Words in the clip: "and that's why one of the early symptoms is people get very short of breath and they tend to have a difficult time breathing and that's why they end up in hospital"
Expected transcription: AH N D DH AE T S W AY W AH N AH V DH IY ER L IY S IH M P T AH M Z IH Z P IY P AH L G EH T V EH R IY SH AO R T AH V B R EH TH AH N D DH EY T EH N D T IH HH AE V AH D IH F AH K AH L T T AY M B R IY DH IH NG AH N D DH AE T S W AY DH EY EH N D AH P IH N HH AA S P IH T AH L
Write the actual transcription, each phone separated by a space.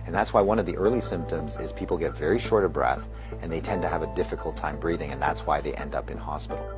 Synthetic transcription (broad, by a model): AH N DH AE T S W AY W AH N AH V DH IY ER L IY S IH M P T AH M Z IH Z P IY P L G EH T V EH R IY SH AO R T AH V B R EH TH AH N DH EY T EH N T IH V AH D IH F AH K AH L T T AY M B R IY DH IH NG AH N DH AE T S W AY DH EY EH N D AH P IH N HH AA S P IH T L